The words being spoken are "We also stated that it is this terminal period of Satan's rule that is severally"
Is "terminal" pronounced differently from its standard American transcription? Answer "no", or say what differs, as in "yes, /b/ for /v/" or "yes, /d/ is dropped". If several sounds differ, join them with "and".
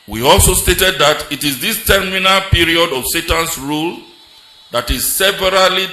no